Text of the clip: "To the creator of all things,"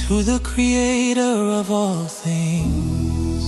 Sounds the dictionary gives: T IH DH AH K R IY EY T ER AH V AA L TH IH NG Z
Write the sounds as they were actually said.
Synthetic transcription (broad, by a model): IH DH AH K R IY EY T ER AH V AA L TH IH NG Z